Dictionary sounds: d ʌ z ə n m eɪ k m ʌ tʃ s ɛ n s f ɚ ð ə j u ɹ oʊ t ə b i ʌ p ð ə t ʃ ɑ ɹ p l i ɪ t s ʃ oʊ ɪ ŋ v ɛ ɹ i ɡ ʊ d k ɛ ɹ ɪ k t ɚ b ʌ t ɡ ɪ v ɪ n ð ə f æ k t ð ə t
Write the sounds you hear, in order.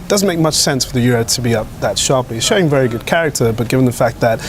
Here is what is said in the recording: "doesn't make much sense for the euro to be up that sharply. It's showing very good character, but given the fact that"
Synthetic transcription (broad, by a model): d ʌ z n m eɪ k m ʌ tʃ s ɛ n s f ɚ ð ə j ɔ ɹ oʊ t ə b i ʌ p ð ə t ʃ ɑ ɹ p l i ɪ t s ʃ oʊ ɪ ŋ v ɛ ɹ i ɡ ʊ d k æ ɹ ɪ k t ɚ b ʌ t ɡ ɪ v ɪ n ð ə f æ k t ð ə t